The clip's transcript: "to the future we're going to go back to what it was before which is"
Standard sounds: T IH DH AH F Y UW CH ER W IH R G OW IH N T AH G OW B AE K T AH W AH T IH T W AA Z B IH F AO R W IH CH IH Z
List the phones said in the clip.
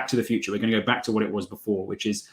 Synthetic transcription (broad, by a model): T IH DH AH F Y UW CH ER W IH R G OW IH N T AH G OW B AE K T AH W AH T IH T W AA Z B IH F AO R W IH CH IH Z